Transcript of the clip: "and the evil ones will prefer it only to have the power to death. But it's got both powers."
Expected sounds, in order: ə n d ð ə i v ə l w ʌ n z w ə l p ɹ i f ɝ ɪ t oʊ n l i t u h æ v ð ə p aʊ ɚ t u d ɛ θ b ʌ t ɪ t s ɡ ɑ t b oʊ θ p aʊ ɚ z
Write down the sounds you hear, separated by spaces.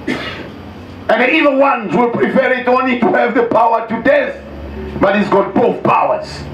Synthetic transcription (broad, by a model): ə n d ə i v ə n w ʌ n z w ə l p ɹ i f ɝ ɪ t oʊ n l i t u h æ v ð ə p aʊ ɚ t u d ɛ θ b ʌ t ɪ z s ɡ ɑ t b oʊ θ p aʊ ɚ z